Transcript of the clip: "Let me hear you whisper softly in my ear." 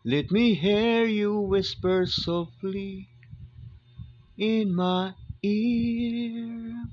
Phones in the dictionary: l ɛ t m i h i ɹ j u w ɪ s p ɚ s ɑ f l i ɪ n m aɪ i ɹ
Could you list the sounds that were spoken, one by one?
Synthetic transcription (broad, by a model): l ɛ t m i h i ɹ j u w ɪ s p ɚ s ɑ f l i ɪ n m aɪ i ɹ